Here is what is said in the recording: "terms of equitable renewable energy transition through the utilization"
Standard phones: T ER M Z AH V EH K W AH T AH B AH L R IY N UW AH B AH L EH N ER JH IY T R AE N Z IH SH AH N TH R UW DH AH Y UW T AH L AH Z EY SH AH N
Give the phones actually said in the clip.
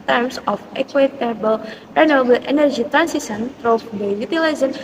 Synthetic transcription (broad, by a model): T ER M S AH F EH K W AH T AH B AH L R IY N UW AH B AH L EH N ER JH IY T R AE N S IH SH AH N T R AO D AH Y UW T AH L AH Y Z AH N